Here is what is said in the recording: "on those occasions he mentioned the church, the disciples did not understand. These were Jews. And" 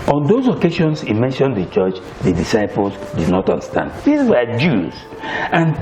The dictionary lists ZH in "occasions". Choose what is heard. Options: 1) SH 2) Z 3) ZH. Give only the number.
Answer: 1